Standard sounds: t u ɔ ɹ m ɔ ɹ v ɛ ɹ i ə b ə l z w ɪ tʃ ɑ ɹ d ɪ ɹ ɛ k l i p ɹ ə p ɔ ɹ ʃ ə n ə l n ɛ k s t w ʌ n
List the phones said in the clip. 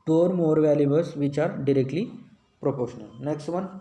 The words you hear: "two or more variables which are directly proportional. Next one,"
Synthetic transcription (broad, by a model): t ɔ ɹ m ɔ ɹ v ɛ l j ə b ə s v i tʃ ɑ ɹ d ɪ ɹ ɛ k l i p ɹ ə p ɔ ɹ ʃ ə n ə l n ɛ k s t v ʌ n